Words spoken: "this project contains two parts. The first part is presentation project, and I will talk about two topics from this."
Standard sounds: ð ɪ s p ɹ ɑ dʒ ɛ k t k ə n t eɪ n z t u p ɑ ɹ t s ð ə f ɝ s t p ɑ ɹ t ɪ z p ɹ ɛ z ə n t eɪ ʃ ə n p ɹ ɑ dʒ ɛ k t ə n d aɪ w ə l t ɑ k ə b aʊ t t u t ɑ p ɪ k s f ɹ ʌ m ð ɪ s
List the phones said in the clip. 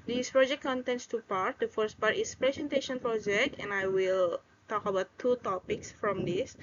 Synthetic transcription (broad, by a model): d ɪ s p ɹ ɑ dʒ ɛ k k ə n t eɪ n s t u p ɑ ɹ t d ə f ɝ s t p ɑ ɹ t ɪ s p ɹ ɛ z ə n t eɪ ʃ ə n p ɹ ɑ dʒ ɛ k t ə n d aɪ w ə l t ɑ k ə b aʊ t t u t ɑ p ɪ k s f ɹ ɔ m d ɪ s